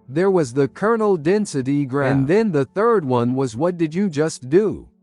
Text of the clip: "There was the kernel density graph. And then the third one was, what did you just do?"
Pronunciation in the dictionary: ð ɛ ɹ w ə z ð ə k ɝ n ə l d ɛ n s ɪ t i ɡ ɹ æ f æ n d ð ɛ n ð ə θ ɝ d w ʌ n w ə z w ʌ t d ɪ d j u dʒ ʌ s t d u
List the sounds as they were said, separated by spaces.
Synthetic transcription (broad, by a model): ð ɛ ɹ w ə z ð ə k ɝ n l d ɛ n s ɪ t i ɡ ɹ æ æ n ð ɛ n ð ə θ ɝ d w ʌ n w ə z w ʌ t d ɪ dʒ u dʒ ʌ s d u